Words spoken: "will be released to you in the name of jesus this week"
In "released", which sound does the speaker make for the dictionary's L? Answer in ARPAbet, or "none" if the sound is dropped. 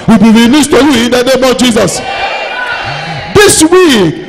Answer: N